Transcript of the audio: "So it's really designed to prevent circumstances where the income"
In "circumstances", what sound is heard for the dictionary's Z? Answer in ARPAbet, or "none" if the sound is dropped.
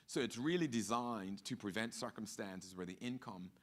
Z